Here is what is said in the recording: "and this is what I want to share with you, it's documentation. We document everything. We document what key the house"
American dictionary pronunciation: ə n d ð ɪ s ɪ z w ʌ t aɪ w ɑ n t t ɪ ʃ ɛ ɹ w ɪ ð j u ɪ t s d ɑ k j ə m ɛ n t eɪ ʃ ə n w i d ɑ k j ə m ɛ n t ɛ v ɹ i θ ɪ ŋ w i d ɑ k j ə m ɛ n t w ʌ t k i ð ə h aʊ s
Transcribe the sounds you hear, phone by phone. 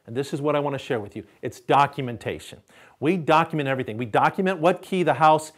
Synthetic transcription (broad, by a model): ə n ð ɪ s ɪ z w ʌ t aɪ w ɑ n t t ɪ ʃ ɛ ɹ w ɪ ð j u ɪ t s d ɑ k j ə m ɛ n t eɪ ʃ ə n w i d ɑ k j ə m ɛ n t ɛ v ɹ i θ ɪ ŋ w i d ɑ k j ə m ɛ n t w ʌ t k i ð ə h aʊ s